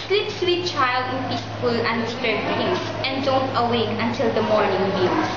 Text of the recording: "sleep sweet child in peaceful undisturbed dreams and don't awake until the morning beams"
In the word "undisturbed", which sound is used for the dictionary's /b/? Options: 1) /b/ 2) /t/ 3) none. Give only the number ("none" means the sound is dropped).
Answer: 3